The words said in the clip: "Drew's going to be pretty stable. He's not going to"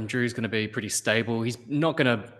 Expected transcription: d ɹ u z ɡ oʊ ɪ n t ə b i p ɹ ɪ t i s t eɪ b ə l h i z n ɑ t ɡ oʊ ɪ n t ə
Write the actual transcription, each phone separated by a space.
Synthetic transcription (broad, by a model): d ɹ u z ɡ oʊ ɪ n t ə b i p ɹ ɪ t i s t eɪ b ə l h i z n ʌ t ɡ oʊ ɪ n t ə